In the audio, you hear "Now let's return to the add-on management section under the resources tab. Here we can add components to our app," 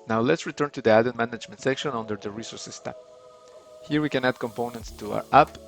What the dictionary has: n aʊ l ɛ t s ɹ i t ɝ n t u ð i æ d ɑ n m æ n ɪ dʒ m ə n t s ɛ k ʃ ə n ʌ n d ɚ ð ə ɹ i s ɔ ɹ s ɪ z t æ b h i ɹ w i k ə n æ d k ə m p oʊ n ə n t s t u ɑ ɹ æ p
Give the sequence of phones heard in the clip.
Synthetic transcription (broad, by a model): n aʊ l ɛ t s ɹ i t ɝ n t u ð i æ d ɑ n m æ n ɪ dʒ m ə n t s ɛ k ʃ ə n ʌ n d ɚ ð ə ɹ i s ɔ ɹ s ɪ s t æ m h i ɹ w i k ə n æ d k ə m p oʊ n ə n t s t u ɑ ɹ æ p